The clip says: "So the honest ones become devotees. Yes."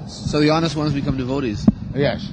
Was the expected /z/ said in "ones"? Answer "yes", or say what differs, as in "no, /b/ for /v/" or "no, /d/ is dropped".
yes